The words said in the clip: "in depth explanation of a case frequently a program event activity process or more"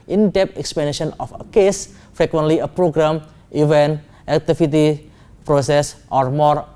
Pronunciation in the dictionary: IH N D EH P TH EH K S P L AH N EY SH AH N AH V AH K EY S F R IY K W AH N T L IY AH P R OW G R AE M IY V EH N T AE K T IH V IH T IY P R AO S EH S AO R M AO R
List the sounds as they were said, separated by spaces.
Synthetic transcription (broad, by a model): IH N D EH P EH K S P AH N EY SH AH N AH F AH K EY S F R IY K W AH N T L IY AH P R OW G R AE M IY V EH N T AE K T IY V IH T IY P R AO S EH S AO R M AO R